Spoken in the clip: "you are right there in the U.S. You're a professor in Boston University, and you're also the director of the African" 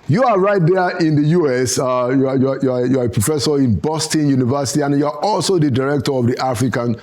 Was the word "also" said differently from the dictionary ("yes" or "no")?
no